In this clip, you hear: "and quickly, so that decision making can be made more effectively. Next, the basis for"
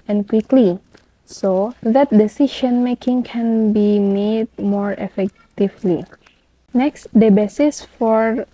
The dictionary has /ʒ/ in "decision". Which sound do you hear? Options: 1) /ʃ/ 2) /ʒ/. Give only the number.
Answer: 1